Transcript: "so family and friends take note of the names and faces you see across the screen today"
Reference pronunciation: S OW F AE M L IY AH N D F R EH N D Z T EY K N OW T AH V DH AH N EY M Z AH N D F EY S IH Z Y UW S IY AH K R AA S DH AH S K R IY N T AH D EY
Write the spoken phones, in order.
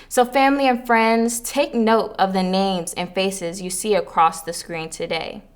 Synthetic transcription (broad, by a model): S OW F AE M L IY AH N F R EH N D Z T EY K N OW T AH V DH AH N EY M Z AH N F EY S IH Z Y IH S IY AH K R AA S DH AH S K R IY N T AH D EY